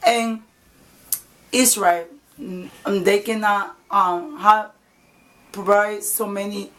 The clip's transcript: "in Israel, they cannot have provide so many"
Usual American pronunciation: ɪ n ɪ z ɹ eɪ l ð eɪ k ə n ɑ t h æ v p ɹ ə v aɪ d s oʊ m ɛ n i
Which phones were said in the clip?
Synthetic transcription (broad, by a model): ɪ n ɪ s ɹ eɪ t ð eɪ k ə n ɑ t h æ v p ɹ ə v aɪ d s oʊ m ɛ n i